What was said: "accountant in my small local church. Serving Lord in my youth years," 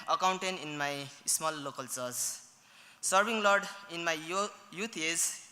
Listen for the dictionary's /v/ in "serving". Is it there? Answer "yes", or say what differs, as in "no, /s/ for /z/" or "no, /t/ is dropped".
no, /b/ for /v/